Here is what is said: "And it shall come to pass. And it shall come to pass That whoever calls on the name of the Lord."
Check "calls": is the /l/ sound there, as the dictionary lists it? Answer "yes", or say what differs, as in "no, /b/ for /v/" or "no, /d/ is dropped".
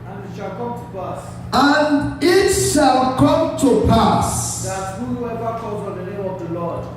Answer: no, /l/ is dropped